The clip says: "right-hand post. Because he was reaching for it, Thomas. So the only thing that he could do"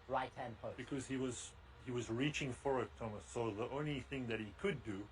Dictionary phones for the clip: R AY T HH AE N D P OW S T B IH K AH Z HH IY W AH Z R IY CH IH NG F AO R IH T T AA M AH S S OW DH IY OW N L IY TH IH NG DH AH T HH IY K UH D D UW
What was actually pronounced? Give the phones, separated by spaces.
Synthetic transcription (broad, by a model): R AY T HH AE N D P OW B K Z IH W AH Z HH IY W AH Z R IY CH IH NG F AO R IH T T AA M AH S S OW DH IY OW N L IY TH IH NG DH AH T HH IY K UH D D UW